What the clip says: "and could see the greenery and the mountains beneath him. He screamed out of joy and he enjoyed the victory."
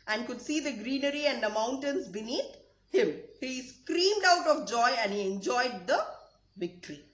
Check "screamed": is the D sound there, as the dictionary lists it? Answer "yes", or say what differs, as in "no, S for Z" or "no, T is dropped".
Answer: yes